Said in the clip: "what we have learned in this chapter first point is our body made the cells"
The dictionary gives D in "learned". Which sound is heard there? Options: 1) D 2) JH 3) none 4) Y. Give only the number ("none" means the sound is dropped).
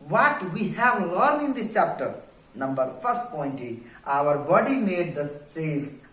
3